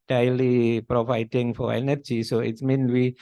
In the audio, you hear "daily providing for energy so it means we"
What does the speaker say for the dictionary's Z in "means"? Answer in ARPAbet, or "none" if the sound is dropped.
none